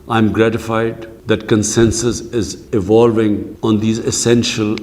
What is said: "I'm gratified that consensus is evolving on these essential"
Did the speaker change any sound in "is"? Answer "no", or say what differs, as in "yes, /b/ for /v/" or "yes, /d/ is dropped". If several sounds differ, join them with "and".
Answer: no